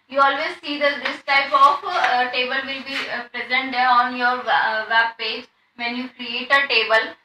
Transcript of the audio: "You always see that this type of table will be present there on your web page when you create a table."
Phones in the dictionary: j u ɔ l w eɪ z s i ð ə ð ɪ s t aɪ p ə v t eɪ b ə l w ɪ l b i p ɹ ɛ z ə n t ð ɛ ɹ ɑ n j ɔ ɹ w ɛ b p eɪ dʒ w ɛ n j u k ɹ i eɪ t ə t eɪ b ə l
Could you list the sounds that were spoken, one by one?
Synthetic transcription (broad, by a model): j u ɔ l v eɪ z s i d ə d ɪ s t aɪ p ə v t eɪ b ə l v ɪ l b i p ɹ ɛ z ə n t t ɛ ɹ ɑ n j ɔ ɹ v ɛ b p eɪ dʒ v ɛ n j u k ɹ i eɪ t ə t eɪ b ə l